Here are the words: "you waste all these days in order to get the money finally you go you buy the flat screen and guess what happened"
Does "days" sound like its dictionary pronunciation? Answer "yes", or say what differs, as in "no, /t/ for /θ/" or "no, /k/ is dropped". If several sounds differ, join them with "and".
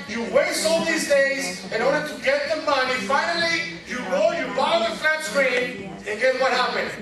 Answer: yes